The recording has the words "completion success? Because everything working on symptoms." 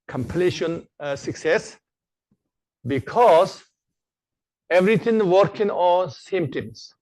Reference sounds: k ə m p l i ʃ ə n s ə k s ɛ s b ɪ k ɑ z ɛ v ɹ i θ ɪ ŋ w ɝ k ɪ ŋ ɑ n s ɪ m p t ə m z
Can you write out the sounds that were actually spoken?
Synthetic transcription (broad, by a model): k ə m p l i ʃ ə n s ə k s ɛ s b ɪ k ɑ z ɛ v ɹ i t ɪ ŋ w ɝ k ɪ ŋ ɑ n s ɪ m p t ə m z